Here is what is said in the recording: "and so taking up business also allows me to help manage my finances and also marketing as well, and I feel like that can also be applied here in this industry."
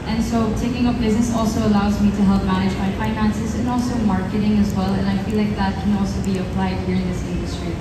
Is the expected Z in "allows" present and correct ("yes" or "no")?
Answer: yes